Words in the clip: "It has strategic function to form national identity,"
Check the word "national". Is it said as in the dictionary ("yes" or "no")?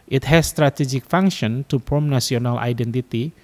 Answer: no